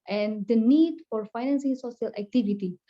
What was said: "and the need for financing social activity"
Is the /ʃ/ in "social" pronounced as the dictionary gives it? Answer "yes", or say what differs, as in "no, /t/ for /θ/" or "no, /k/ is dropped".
no, /s/ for /ʃ/